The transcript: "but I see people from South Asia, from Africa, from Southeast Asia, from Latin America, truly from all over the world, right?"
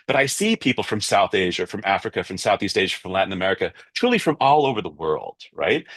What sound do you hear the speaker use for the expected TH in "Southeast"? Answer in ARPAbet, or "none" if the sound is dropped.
TH